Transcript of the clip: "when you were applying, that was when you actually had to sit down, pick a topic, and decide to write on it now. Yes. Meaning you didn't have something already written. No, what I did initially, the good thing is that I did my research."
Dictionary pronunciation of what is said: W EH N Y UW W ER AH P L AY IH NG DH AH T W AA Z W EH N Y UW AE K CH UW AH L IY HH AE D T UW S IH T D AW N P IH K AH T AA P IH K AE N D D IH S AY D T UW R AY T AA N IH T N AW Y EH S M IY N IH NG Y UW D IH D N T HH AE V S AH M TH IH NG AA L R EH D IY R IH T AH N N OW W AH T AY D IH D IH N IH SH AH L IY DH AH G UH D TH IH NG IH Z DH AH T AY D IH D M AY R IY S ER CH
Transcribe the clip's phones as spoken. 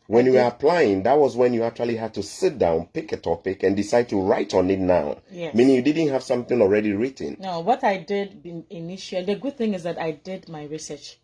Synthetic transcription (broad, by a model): W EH N Y UW W ER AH P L AY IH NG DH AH T W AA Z W EH N Y UW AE K CH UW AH L IY HH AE D T UW S IH T D AW N P IH K AH T AA P IH K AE N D D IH S AY D T UW R AY T AA N IH T N AW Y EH M IY N IH NG Y UW D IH D N T HH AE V S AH M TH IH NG AA L R EH D IY R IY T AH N N OW W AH T AY D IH D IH N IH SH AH L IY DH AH G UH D TH IH NG IH Z DH AH T AY D IH D M AY R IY S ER CH